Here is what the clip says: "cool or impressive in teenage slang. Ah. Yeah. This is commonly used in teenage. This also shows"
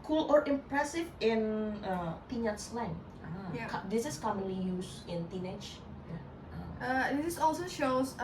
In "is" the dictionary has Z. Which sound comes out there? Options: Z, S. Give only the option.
S